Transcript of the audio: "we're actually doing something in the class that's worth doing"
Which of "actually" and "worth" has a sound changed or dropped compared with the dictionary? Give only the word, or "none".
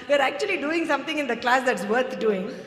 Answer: worth